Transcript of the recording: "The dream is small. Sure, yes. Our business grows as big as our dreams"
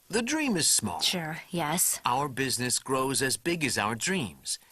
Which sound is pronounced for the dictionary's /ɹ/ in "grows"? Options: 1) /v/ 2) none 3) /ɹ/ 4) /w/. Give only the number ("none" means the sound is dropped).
3